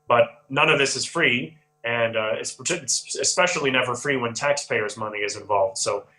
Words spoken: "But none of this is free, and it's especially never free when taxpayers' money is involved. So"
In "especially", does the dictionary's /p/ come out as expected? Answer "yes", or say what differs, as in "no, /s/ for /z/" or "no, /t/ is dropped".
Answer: yes